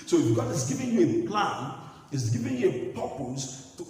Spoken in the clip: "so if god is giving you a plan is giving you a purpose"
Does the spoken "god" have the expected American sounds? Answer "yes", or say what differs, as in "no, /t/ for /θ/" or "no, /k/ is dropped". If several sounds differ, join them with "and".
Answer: no, /d/ is dropped